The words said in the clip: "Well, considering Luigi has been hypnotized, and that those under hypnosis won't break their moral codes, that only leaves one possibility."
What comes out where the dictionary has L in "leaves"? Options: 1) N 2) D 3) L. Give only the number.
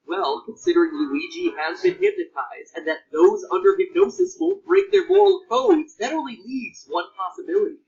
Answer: 1